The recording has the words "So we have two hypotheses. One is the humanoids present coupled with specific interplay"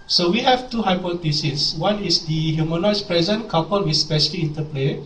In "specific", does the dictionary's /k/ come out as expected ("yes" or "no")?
no